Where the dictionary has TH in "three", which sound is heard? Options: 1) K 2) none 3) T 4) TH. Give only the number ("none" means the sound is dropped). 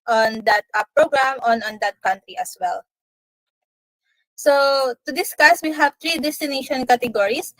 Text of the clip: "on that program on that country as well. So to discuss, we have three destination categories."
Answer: 3